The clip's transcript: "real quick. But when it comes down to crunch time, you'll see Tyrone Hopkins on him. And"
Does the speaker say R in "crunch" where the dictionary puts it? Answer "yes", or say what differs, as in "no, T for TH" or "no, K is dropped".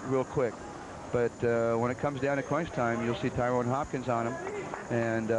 no, W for R